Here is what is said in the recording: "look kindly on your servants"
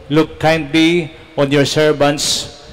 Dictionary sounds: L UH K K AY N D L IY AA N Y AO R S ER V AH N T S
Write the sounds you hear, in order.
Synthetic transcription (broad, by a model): L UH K K AY N D L IY AA N Y AO R S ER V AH N T S